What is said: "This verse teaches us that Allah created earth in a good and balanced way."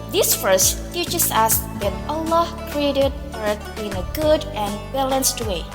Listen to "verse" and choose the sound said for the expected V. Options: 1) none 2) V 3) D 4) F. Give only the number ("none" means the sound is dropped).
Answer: 4